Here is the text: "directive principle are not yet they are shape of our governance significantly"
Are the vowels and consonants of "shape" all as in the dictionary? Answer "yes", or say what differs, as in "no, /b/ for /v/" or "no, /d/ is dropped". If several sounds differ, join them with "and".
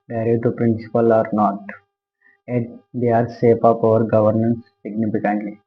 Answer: no, /s/ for /ʃ/